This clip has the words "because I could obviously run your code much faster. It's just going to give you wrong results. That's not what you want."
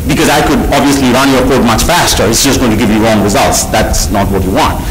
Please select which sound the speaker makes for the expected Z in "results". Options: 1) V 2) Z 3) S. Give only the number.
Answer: 2